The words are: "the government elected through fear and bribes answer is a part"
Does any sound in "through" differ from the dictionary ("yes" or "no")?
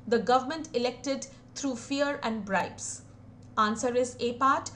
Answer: yes